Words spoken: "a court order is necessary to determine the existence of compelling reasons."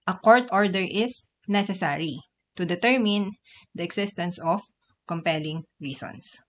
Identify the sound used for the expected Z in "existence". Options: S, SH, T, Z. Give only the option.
S